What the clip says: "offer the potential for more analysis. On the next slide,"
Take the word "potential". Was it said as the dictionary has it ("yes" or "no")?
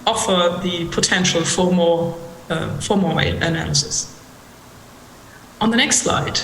yes